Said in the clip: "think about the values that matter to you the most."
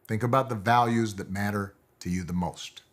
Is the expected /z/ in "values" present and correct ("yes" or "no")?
yes